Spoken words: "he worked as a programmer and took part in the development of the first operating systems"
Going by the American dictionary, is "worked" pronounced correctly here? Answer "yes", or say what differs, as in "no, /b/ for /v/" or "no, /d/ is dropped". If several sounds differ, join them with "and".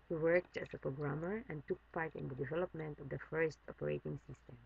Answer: yes